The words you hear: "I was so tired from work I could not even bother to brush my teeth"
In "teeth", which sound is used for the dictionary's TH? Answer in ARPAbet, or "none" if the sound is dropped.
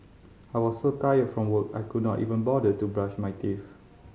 F